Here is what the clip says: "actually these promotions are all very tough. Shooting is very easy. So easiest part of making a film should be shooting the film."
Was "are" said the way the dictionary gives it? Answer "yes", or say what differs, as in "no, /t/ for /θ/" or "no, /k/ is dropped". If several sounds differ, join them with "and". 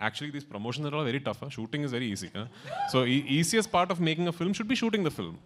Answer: no, /l/ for /ɹ/